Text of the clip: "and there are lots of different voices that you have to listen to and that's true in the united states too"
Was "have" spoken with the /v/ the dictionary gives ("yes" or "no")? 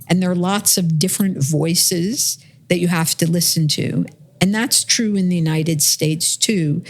no